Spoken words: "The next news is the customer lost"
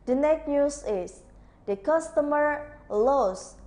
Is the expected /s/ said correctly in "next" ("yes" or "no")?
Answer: no